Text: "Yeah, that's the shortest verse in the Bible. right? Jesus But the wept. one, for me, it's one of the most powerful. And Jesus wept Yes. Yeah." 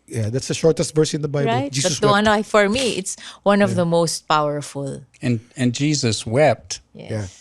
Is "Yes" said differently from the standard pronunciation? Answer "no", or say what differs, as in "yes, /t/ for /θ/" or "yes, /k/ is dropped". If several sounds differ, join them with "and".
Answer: yes, /s/ is dropped